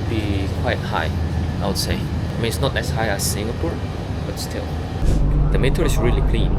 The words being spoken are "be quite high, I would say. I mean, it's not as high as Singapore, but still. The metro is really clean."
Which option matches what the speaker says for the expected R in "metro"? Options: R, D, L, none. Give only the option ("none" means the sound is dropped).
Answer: none